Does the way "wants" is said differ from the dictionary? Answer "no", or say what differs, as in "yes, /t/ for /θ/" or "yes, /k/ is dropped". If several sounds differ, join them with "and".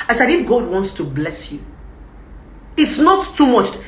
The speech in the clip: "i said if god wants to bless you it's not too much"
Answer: no